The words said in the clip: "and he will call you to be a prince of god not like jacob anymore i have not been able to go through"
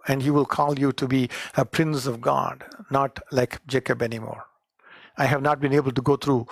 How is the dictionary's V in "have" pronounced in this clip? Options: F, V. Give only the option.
V